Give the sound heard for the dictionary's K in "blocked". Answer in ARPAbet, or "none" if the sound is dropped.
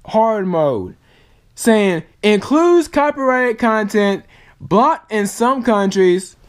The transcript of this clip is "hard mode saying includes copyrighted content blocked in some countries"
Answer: none